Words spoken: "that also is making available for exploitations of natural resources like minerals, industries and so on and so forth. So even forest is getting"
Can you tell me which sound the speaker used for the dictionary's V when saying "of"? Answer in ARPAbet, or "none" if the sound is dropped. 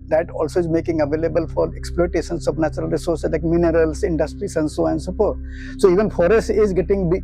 P